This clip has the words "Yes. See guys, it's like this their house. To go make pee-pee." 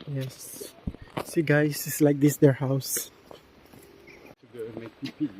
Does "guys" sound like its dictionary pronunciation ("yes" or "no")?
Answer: no